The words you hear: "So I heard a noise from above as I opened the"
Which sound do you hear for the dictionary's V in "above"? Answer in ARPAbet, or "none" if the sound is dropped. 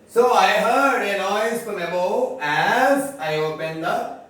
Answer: none